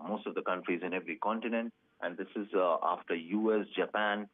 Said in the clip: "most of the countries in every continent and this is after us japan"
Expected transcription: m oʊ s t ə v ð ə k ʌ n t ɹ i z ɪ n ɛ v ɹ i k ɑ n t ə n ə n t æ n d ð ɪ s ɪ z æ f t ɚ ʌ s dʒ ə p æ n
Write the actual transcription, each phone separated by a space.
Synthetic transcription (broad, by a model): m oʊ s t ə v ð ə k ʌ n t ɹ i z ɪ n ɛ v ɹ i k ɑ n t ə n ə n t æ n d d ɪ s ɪ z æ f t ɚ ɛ s dʒ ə p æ n